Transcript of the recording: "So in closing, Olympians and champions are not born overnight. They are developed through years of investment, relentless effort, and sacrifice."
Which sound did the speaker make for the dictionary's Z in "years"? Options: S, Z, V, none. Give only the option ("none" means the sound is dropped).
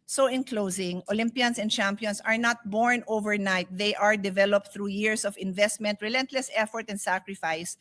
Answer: S